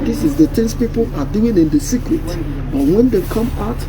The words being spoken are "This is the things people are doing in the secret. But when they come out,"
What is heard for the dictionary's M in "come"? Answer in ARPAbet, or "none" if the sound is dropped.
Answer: M